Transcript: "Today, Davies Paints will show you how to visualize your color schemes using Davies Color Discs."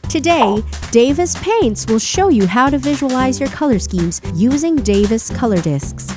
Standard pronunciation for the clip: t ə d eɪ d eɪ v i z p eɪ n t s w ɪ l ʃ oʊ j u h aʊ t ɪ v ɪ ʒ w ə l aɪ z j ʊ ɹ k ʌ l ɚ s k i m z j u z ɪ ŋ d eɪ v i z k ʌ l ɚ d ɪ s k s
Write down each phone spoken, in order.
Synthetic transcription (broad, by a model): t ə d eɪ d eɪ v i s p eɪ n t s w ɪ l ʃ oʊ j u h aʊ t ɪ v ɪ ʒ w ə l aɪ z j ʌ ɹ k ʌ l ɚ s k i m z j u z ɪ ŋ d eɪ v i s k ʌ l ɚ d ɪ s k s